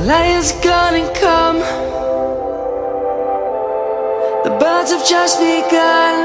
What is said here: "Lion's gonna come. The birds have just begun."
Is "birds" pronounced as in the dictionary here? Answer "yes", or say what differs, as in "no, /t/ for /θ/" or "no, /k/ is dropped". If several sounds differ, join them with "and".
yes